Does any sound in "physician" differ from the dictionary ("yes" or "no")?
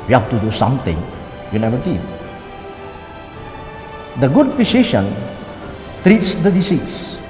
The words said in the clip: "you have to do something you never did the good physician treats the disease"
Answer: yes